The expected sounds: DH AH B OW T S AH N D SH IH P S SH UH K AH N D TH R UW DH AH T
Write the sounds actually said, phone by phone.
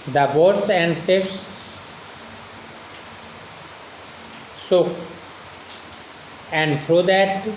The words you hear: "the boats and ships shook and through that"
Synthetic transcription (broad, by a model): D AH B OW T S AH N D S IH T S S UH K AH N D T R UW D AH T